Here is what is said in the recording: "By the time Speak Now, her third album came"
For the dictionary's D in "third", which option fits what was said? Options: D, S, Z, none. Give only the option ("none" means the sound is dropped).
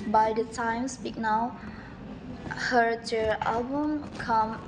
none